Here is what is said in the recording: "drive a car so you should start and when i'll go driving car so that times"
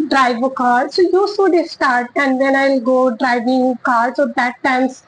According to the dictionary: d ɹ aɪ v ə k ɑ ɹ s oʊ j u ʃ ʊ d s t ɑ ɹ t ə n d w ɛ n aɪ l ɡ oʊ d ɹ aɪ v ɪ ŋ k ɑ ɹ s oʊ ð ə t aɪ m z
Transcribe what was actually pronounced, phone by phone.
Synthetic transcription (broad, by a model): d ɹ aɪ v ə k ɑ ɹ s oʊ j u s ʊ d s t ɑ ɹ t ə n d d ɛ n aɪ l ɡ oʊ d ɹ aɪ v ɪ ŋ k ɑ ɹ s oʊ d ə t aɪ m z